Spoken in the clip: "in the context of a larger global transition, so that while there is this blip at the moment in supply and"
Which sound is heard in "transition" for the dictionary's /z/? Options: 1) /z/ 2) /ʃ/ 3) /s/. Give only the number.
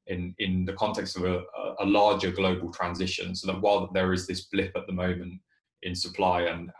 1